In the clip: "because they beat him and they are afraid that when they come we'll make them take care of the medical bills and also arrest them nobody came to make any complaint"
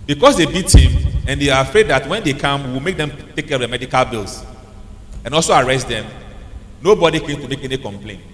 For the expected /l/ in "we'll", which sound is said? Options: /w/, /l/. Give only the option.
/w/